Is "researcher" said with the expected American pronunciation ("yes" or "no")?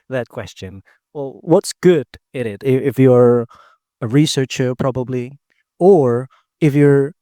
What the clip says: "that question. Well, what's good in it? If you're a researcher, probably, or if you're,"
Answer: yes